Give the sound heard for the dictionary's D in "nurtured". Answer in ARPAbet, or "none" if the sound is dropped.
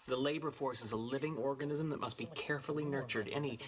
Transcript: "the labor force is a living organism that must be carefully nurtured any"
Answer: D